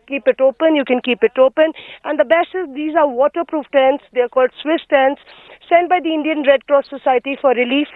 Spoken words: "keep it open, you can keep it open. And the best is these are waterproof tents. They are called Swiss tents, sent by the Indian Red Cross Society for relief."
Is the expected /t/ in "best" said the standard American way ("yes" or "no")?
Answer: no